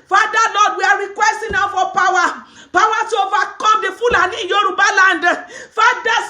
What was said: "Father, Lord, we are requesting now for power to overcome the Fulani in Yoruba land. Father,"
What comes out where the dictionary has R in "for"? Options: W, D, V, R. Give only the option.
W